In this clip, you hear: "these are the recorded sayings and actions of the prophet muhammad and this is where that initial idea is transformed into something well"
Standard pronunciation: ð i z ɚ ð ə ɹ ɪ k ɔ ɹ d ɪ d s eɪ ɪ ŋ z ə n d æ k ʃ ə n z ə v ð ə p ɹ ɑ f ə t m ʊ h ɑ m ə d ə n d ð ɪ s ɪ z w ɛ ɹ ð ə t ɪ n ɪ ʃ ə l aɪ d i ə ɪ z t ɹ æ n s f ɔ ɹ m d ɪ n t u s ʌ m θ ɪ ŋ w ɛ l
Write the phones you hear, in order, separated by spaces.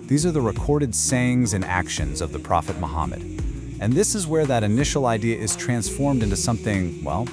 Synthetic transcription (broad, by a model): ð i z ɚ ð ə ɹ ɪ k ɔ ɹ d ɪ d s eɪ ɪ ŋ z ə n æ k ʃ ə n z ə v ð ə p ɹ ɑ f ə t m ʊ h ɑ m ə d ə n ð ɪ s ɪ z w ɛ ɹ ð ə t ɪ n ɪ ʃ l aɪ d i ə ɪ z t ɹ æ n s f ɔ ɹ m d ɪ n t u s ʌ m θ ɪ ŋ w ɛ l